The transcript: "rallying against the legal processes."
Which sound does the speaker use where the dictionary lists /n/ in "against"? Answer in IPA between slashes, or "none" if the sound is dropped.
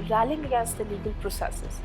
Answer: none